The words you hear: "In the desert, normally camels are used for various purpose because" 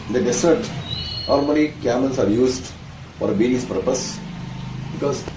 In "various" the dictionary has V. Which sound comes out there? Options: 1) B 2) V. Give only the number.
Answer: 1